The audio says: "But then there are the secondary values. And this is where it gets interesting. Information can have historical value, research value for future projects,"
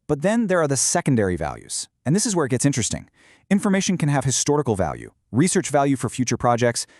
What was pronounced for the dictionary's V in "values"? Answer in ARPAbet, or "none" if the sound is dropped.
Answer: V